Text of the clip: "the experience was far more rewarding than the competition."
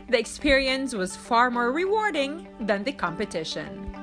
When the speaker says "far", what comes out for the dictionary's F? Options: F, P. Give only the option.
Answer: F